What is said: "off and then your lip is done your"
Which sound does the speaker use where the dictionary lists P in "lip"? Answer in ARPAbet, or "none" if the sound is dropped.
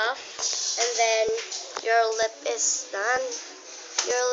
P